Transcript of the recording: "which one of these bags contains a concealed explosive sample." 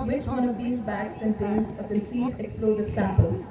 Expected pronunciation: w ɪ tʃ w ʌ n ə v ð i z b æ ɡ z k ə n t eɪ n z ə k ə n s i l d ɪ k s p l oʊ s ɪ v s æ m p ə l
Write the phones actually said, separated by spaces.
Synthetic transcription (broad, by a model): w ɪ tʃ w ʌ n ə v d i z b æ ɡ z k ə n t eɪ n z ə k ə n s i d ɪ k s p l oʊ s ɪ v s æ m p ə l